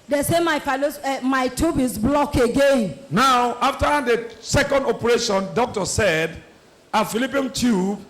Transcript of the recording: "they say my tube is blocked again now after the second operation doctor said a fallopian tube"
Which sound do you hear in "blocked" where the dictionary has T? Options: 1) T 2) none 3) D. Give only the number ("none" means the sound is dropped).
2